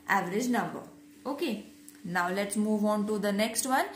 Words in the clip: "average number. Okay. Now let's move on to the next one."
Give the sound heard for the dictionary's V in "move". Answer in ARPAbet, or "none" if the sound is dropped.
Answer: V